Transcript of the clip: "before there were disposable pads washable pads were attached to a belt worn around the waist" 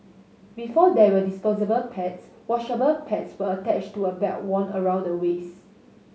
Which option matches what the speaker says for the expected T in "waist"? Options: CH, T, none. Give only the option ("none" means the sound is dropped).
none